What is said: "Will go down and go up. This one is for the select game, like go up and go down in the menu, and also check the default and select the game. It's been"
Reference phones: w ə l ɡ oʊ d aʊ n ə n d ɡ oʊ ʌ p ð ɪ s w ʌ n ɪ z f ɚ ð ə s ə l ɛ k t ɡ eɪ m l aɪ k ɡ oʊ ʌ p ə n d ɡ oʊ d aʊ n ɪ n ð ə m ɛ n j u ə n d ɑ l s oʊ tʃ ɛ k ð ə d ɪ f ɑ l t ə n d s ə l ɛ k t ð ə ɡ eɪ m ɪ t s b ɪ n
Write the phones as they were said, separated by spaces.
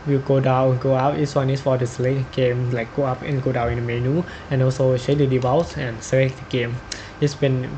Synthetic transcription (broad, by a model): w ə ɡ oʊ d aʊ ə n ɡ oʊ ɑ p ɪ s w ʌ n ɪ s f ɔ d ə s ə l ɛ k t ɡ eɪ m l aɪ k ɡ oʊ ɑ p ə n ɡ oʊ d aʊ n ɪ n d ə m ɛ n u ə n ɑ l s oʊ ʃ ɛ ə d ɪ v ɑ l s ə n s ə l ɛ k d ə ɡ eɪ m ɪ t s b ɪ n